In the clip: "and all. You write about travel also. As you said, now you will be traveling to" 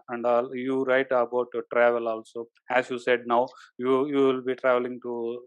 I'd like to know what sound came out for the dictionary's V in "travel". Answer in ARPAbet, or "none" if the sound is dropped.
V